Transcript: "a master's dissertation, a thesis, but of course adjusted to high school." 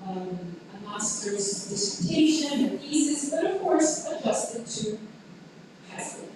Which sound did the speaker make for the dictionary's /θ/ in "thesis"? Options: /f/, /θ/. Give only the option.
/f/